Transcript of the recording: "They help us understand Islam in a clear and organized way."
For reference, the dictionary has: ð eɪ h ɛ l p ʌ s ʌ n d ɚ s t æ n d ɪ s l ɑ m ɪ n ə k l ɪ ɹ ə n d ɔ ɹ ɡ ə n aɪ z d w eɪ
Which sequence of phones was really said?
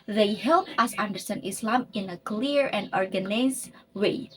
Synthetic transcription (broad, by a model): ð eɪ h ɛ l p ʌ s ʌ n d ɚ s t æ n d ɪ s l ɑ m ɪ n ə k l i ɹ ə n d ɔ ɹ ɡ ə n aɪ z w eɪ